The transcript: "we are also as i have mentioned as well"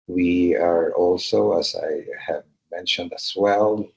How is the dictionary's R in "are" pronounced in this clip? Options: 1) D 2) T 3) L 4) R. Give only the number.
4